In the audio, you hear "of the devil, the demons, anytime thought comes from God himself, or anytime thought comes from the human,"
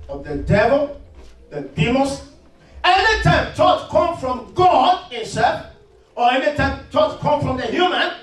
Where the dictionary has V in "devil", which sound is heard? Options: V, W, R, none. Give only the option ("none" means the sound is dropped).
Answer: V